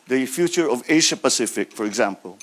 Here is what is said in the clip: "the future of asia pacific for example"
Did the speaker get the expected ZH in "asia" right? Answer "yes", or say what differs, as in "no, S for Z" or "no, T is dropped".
no, SH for ZH